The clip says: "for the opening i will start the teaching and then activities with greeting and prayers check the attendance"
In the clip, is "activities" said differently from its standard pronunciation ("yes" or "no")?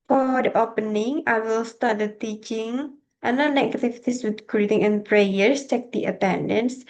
yes